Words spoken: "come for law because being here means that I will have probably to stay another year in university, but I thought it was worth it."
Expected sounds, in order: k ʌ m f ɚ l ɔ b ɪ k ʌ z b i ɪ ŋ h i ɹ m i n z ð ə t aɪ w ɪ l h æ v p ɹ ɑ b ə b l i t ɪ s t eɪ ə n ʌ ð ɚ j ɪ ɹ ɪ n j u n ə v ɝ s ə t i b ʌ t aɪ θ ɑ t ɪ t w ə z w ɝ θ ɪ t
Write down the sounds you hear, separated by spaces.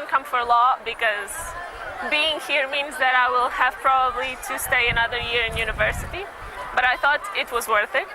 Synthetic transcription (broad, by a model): k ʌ m f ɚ l ɔ b ɪ k ʌ z b i ɪ ŋ h i ɹ m i n z ð ə t aɪ w ɪ l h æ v p ɹ ɑ b ə b l i t ɪ s t eɪ ə n ʌ ð ɚ j ɪ ɹ ɪ n j u n ə v ɝ s ə t i b ʌ t aɪ θ ɑ t ɪ t w ə z w ɝ θ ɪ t